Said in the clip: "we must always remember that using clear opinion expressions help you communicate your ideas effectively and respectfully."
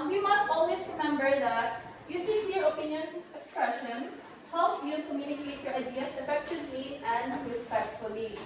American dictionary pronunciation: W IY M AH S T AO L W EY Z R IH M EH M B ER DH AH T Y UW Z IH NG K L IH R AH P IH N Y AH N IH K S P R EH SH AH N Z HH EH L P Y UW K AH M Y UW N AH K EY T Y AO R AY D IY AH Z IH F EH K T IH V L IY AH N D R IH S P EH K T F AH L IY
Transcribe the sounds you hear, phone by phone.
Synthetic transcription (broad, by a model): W IY M AH S T AO L W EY S R IH M EH M B ER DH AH T Y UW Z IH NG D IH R AH P IH N Y AH N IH K S P R EH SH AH N S HH EH L P Y UW K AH M Y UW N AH K EY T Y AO R AY D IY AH S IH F EH K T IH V L IY AH N D R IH S P EH K T F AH L IY